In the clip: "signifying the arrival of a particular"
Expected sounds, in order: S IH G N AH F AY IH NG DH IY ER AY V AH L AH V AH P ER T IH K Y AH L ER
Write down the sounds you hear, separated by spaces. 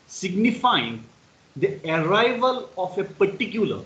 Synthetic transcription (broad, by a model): S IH G N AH F AY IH NG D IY ER AY V AH L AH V AH P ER T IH K Y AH L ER